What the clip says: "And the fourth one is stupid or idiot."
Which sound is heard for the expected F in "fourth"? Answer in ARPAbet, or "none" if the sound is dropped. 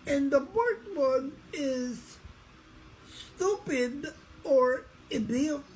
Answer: P